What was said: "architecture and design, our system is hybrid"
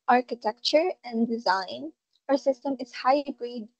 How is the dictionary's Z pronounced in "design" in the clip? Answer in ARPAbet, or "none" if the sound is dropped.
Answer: Z